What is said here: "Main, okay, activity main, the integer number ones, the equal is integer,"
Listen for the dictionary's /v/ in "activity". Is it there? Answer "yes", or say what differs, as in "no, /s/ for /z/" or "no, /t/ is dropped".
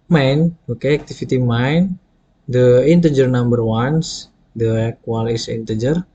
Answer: no, /f/ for /v/